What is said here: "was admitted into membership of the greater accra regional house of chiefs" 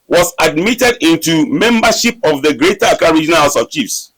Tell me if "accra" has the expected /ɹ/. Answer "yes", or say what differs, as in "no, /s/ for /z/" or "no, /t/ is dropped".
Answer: no, /ɹ/ is dropped